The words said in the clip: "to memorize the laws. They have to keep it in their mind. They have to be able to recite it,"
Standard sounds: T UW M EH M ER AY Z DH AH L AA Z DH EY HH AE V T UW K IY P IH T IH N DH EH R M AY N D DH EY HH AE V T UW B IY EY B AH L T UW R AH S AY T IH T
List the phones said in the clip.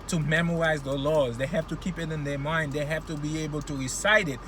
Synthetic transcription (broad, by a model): T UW M EH M ER AY Z DH AH L AA Z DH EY HH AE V T UW K IY P IH T IH N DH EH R M AY N D DH EY HH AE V T UW B IY EY B AH L T UW R AH S AY T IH T